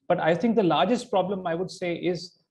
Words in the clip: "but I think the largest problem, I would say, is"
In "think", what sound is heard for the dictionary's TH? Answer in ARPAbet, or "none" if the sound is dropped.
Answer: T